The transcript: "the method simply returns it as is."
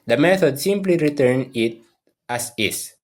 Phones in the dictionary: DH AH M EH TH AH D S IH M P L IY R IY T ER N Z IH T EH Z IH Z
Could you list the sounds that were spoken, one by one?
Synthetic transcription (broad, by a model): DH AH M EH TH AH D S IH M P L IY R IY T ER N IH T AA S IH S